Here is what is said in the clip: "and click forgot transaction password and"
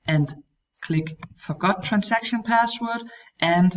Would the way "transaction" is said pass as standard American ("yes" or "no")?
no